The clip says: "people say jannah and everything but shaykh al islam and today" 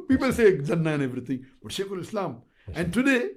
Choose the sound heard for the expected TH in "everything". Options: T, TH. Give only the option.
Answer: T